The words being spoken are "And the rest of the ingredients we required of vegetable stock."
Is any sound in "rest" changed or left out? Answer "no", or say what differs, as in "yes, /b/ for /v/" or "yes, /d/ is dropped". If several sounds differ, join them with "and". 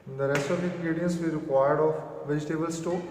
no